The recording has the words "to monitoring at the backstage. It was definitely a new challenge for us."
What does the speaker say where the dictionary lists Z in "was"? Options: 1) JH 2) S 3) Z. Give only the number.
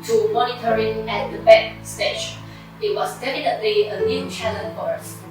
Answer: 2